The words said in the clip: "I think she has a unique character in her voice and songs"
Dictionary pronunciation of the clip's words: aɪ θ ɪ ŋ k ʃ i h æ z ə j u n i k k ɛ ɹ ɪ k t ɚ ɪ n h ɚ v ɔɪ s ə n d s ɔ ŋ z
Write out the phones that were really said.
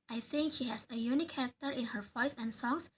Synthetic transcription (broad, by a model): aɪ θ ɪ ŋ k ʃ i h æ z ə j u n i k k ɛ ɹ ɪ k t ɚ ɪ n h ɚ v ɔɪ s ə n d s ɔ ŋ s